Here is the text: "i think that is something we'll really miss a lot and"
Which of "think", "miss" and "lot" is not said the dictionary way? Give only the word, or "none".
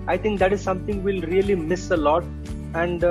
think